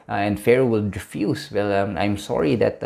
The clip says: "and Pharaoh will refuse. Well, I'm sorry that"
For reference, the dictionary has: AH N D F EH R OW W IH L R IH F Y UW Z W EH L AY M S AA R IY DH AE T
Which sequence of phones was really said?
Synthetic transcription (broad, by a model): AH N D F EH R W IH L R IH F Y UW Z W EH L AY M S AA R IY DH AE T